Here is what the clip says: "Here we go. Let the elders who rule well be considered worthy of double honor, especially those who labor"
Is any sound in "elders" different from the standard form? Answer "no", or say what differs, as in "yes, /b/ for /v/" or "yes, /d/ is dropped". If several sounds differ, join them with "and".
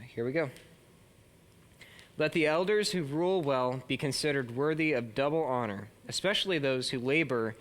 no